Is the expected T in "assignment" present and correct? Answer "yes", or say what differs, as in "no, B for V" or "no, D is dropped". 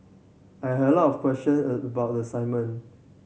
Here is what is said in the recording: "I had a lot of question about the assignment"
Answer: no, T is dropped